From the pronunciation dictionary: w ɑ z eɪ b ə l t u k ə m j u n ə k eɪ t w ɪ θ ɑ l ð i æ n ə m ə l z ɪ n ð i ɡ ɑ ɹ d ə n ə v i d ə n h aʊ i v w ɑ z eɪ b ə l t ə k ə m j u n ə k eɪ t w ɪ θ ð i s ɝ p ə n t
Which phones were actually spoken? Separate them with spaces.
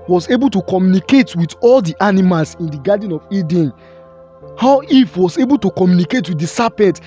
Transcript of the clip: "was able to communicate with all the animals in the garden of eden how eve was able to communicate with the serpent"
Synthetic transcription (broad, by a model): w ɑ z eɪ b ə l t u k ə m j u n ə k eɪ t w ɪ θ ɑ l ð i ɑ n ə m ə l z ɪ n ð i ɡ ɑ d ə n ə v i d ə n h aʊ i f w ɑ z eɪ b ə l t ə k ə m j u n ə k eɪ t w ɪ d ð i s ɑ p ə n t